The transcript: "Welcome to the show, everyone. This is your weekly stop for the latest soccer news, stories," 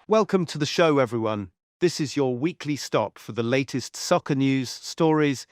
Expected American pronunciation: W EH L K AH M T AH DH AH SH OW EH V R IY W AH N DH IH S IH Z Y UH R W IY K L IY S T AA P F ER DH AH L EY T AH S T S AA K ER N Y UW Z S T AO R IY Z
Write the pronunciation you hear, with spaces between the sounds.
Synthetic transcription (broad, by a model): W EH L K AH M T AH DH AH SH OW EH V R IY W AH N DH IH S IH Z Y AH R W IY K L IY S T AA P F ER DH AH L EY T AH S T S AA K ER N Y UW Z S T AO R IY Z